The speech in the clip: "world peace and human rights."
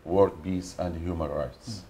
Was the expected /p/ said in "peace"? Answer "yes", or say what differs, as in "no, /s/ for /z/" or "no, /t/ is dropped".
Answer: no, /b/ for /p/